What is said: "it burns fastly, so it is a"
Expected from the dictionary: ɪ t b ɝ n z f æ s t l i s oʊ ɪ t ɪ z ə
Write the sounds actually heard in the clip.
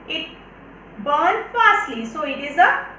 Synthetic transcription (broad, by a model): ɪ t b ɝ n f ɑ s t l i s oʊ ɪ t ɪ z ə